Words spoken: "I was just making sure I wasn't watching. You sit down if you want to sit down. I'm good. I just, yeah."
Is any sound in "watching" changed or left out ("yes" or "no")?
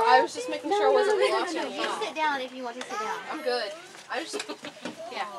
yes